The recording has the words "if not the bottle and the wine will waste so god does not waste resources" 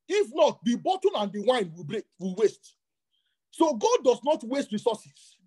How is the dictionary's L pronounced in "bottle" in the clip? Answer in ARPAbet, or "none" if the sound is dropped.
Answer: N